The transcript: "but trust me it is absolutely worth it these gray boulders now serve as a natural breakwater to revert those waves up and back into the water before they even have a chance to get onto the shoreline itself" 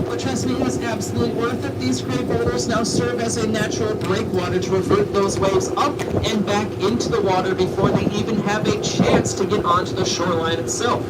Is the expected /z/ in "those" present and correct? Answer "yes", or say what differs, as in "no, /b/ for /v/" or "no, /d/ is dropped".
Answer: yes